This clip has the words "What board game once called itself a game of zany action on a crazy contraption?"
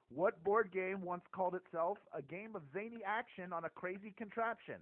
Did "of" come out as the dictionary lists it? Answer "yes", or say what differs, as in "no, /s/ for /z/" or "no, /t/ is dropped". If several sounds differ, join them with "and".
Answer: yes